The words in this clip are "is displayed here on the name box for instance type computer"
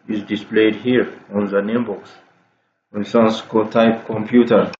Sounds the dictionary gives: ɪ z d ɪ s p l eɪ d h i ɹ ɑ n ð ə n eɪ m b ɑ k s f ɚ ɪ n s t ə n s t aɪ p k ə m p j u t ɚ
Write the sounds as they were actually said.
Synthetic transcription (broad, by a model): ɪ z d ɪ s p l eɪ d h i ɹ ɑ n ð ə n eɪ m b ɑ k s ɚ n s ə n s t aɪ p k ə m p j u t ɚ